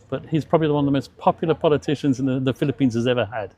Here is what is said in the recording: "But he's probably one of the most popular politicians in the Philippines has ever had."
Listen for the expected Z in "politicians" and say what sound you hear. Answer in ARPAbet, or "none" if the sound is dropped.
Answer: Z